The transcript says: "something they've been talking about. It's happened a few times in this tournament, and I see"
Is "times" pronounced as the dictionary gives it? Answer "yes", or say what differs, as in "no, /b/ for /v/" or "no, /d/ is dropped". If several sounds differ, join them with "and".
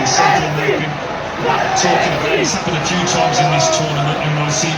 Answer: yes